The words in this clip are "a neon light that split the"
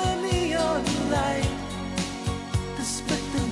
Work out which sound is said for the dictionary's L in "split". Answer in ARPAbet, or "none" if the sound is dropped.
none